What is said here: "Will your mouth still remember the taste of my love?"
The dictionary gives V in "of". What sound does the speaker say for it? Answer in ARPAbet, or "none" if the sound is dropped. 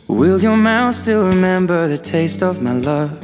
V